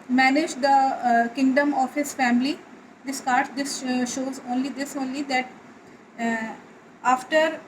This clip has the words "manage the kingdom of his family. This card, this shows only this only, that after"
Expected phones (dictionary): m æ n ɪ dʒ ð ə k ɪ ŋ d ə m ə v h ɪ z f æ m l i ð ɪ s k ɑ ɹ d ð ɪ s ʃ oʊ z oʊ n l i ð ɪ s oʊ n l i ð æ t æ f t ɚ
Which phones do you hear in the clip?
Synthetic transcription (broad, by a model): m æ n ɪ dʒ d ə k ɪ ŋ d ə m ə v h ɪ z f æ m l i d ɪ s k ɑ ɹ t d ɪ s ʃ oʊ z oʊ n l i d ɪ s oʊ n l i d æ t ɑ f t ɚ